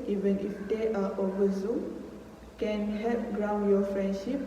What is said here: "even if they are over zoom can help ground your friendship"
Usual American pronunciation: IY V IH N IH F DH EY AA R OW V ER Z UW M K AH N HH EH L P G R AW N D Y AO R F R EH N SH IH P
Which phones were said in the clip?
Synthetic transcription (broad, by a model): IY V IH N IH F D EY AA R OW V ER Z UW M K AH N HH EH P G R AW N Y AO F R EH N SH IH P